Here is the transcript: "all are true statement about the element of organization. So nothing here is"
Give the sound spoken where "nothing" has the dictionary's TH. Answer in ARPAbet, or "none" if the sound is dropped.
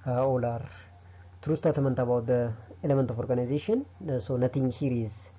T